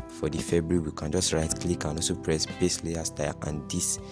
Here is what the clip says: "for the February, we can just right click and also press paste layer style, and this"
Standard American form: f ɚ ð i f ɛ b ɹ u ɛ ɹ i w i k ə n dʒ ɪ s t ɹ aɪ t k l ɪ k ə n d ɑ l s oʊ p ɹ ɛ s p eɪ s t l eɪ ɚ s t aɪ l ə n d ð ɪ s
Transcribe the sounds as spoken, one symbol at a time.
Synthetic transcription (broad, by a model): f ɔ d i f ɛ b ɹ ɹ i w i k ə n dʒ ɪ s t ɹ aɪ t k l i k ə n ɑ s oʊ p ɹ ɛ s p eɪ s l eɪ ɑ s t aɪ ə n d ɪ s